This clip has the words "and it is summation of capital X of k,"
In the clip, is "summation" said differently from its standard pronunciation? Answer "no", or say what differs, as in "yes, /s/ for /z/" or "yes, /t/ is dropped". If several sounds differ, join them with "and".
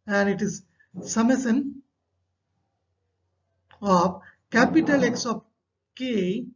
yes, /s/ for /ʃ/